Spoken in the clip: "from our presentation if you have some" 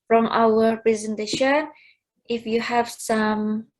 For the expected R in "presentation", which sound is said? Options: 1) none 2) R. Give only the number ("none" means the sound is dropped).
2